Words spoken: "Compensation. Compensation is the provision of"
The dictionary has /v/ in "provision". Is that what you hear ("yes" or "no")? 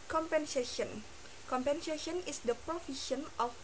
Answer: no